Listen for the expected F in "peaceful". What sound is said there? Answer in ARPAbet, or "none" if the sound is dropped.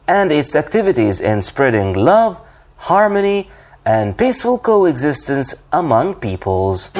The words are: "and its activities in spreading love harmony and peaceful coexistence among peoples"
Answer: F